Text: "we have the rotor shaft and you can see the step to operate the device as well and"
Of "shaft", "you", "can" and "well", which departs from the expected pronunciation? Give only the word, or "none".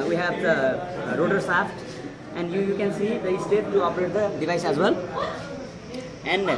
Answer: shaft